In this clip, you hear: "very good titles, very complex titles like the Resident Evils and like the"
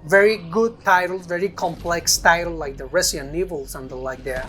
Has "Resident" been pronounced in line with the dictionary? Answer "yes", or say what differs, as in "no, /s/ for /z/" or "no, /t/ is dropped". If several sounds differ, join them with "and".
no, /s/ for /z/ and /t/ is dropped